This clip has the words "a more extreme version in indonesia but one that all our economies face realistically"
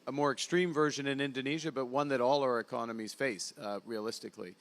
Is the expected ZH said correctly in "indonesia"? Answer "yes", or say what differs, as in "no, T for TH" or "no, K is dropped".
yes